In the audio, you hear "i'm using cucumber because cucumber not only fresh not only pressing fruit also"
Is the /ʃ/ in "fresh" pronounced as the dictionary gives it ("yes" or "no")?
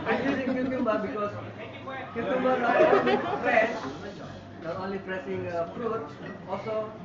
no